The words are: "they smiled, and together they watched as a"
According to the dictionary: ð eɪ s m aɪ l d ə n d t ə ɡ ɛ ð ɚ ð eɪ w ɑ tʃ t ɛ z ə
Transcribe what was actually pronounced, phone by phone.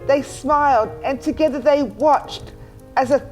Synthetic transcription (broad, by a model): ð eɪ s m aɪ l d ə n t ə ɡ ɛ ð ɚ ð eɪ w ɑ tʃ t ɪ z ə